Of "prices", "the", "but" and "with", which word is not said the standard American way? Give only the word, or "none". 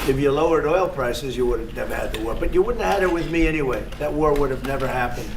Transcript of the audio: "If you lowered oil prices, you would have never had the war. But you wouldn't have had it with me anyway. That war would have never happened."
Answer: none